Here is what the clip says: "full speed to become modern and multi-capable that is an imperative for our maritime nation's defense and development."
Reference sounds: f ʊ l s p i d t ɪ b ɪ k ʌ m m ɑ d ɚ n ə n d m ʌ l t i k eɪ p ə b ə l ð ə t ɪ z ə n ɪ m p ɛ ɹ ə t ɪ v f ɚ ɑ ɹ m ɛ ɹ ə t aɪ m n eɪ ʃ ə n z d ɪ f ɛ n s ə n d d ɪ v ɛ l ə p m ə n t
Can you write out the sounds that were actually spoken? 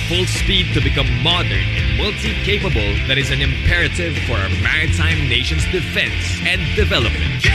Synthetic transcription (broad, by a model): f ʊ l s p i d t ɪ b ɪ k ʌ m m ɑ d ɚ n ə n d m ʌ l t i k eɪ p ə b ə l ð ə t ɪ z ə n ɪ m p ɛ ɹ ə t ɪ v f ɚ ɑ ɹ m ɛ ɹ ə t aɪ m n eɪ ʃ ə n z d ɪ f ɛ n s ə n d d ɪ v ɛ l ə p m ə n t